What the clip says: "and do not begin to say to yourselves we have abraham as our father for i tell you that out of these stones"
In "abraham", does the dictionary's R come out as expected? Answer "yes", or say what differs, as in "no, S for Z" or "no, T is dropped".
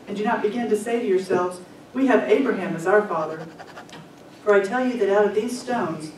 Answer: yes